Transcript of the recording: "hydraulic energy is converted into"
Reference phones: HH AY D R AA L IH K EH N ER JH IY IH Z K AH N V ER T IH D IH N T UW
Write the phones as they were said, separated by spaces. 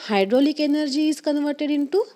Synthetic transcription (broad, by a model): HH AY D R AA L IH K EH N ER JH IY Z K AH N V ER T IH D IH N T UW